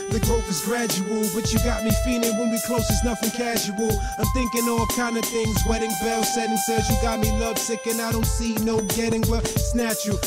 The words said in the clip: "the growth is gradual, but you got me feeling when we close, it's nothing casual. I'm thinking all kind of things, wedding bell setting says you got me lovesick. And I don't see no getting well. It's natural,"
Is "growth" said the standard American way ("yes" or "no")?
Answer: no